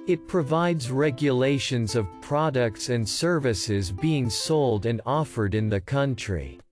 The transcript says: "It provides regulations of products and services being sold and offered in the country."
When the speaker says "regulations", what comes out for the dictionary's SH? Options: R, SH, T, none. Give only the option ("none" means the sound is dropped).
SH